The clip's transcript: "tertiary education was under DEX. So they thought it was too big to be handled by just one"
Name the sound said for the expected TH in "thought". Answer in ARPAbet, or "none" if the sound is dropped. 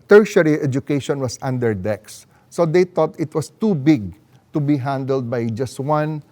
T